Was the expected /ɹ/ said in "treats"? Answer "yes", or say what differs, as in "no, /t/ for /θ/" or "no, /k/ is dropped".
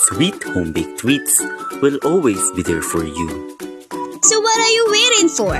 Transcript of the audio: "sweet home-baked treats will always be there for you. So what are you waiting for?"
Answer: no, /w/ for /ɹ/